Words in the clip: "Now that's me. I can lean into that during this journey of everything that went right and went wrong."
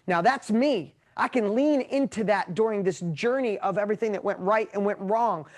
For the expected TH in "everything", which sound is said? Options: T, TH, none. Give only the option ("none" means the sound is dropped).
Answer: TH